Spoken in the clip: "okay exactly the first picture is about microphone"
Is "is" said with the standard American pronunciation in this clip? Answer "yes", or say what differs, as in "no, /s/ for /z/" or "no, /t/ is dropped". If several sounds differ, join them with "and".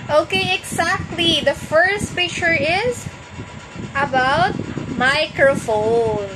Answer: yes